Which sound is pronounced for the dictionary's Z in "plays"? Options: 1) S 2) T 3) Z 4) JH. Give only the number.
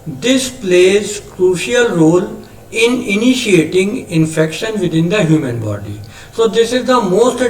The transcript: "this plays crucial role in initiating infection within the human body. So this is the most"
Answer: 3